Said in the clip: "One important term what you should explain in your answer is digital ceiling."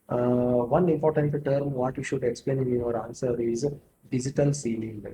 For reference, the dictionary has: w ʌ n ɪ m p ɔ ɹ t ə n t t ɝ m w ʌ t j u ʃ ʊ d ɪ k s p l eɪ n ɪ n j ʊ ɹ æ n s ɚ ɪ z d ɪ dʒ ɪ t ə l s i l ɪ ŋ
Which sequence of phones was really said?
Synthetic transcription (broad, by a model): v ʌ n ɪ m p ɔ ɹ t ə n t t ɝ m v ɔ t j u ʃ ʊ d ɪ k s p l eɪ n ɪ n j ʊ ɹ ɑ n s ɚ ɪ z d ɪ dʒ ɪ t ə l s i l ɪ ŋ